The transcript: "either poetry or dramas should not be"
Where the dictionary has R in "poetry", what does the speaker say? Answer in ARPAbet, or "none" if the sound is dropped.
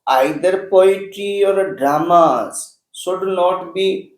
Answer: none